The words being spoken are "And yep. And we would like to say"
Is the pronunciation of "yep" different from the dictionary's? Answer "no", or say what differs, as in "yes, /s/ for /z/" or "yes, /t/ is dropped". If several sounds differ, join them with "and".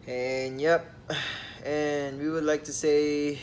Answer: no